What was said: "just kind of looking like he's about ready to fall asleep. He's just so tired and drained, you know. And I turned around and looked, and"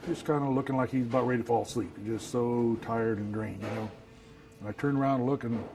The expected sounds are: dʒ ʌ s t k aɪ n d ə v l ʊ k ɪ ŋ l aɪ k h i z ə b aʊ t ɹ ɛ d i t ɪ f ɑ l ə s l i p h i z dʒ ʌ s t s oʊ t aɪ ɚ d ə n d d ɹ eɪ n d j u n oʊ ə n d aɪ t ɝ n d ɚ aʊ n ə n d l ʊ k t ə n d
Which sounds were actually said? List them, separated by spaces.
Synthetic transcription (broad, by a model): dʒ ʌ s k aɪ n d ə l ʊ k ɪ ŋ l aɪ k h i z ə b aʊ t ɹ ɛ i t ɪ f ɑ l s l i p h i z dʒ ʌ s t s oʊ t aɪ ɚ d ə n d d ɹ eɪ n j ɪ n oʊ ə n aɪ t ɝ n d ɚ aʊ ə n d l ʊ k ə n